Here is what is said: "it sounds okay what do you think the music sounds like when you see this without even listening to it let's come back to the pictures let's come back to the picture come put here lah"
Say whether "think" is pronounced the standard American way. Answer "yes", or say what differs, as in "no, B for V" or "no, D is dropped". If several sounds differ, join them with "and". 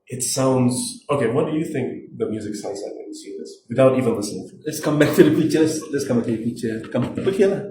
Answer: yes